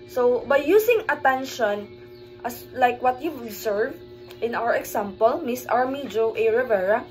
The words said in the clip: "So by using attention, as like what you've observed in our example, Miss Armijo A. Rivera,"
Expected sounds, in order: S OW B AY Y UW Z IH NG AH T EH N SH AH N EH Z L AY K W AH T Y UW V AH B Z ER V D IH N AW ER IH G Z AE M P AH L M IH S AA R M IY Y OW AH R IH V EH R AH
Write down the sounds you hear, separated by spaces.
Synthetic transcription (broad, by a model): S OW B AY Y UW S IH NG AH T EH N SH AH N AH S L AY K W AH T Y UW AH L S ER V IH N AW ER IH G S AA M P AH L M IH S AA R M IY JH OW AH R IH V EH R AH